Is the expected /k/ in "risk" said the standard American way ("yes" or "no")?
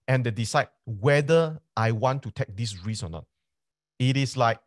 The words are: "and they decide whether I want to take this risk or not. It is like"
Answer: no